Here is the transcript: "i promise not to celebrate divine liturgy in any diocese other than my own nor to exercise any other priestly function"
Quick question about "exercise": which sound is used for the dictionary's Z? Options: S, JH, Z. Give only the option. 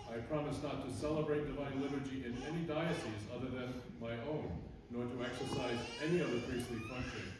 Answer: Z